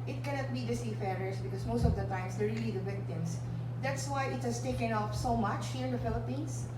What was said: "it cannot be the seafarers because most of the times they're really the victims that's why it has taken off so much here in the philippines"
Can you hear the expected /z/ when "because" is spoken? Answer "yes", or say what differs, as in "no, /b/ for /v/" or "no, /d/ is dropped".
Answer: no, /s/ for /z/